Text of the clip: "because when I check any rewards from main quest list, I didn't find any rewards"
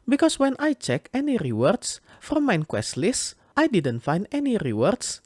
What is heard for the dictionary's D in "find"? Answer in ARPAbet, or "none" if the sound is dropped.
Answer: D